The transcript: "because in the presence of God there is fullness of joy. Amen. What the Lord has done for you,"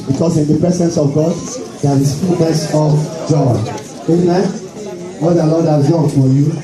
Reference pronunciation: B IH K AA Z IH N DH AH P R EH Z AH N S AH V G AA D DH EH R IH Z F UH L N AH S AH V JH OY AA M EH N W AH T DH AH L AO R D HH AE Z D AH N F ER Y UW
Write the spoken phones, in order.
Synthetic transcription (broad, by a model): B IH K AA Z IH N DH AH P R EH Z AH N S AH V G AA D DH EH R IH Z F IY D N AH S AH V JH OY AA EH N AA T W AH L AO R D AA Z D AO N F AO Y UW